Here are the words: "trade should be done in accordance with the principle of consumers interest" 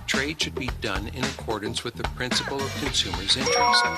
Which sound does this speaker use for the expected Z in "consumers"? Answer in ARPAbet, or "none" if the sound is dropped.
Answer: Z